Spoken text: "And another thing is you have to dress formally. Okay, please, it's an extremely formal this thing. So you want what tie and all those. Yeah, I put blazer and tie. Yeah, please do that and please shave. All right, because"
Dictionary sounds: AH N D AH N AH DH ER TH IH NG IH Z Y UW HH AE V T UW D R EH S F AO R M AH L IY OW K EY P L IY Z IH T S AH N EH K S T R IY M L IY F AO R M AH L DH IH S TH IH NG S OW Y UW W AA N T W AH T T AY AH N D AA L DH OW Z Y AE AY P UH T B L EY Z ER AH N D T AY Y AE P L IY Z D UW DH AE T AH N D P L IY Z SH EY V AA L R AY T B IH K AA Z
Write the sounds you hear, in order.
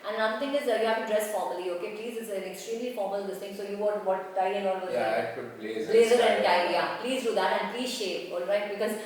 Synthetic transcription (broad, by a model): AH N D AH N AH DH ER T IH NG IH Z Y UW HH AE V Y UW D R EH S F AO R M AH L IY OW K EY P L IY Z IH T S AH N EH K S T R IY M L IY F AO R M AH L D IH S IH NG S OW Y UW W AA T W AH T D AY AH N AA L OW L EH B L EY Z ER AH N D AY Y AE P L IY Z D UW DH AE T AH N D P L IY Z SH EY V AA L R AY T B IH K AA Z